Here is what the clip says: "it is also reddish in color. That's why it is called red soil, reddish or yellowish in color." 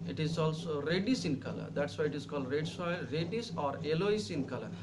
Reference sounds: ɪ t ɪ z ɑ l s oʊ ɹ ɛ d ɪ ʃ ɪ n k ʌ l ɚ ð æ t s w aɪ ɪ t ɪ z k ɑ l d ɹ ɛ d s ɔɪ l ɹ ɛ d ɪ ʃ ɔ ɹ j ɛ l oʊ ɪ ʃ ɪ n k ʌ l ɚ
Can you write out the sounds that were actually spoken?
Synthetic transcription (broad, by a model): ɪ t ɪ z ɑ l s oʊ ɹ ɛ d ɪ s ɪ n k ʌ l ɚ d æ t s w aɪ ɪ t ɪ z k ɑ l d ɹ ɛ d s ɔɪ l ɹ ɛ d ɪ s ɔ ɹ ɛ l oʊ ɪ s ɪ n k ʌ l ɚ